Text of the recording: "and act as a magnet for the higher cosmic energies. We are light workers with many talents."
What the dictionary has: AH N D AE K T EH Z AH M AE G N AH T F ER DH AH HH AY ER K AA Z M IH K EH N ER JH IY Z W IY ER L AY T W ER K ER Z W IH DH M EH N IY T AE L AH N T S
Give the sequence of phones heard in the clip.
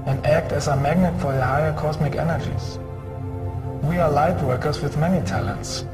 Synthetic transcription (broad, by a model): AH N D AE K T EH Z AH M AE G N AH T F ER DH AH HH AY ER K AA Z M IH K EH N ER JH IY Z W IY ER L AY T W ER K ER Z W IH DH M EH N IY T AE L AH N T S